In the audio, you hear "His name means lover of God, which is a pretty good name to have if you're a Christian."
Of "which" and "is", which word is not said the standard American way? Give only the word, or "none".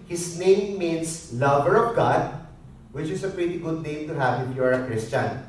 is